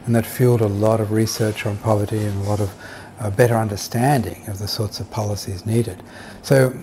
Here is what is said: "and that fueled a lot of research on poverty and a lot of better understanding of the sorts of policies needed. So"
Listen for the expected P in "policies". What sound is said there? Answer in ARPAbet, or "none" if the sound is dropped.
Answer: P